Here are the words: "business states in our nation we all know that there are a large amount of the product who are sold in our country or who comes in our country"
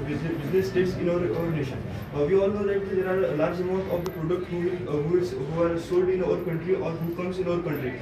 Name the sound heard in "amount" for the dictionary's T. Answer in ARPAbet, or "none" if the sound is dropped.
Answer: T